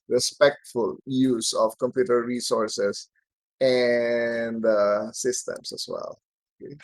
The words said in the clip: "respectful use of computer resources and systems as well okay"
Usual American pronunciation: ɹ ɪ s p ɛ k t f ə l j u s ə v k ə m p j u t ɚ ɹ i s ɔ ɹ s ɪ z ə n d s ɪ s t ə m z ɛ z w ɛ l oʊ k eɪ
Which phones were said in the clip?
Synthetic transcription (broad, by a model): ɹ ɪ s p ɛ k t f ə l j u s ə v k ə m p j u t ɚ ɹ i s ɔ ɹ s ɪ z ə n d s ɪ s t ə m s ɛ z w ɛ l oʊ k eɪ